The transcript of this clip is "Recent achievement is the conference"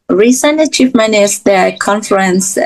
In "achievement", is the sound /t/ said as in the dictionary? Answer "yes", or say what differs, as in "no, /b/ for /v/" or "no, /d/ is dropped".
no, /t/ is dropped